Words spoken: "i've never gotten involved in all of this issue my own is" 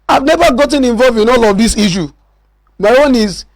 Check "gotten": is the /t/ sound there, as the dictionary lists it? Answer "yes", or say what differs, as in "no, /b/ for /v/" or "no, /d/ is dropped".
yes